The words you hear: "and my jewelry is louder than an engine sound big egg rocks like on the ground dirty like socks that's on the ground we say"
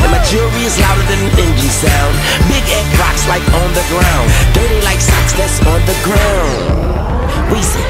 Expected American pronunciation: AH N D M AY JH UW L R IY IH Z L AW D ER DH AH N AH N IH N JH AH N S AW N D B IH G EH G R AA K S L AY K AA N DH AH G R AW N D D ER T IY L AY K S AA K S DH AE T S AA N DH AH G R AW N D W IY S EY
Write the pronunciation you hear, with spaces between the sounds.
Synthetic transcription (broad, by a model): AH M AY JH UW R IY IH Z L AW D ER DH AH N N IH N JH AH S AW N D B IH G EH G R AA K S L AY K N DH AH G R AW N D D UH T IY L AY K S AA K S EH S N DH AH G R AW N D W IY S